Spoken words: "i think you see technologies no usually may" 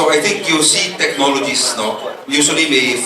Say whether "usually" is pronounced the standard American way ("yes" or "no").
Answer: no